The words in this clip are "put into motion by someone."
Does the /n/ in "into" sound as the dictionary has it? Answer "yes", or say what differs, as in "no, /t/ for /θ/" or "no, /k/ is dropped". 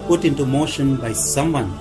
yes